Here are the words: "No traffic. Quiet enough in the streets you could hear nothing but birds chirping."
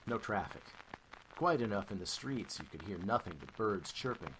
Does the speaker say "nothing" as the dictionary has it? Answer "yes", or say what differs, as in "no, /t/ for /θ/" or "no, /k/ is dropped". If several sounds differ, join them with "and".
yes